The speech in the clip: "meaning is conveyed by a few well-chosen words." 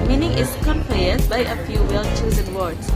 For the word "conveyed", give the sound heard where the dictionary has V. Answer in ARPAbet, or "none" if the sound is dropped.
P